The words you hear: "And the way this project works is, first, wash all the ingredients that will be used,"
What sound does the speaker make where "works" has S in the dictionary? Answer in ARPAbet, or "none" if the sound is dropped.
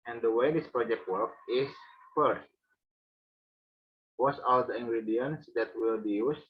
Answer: none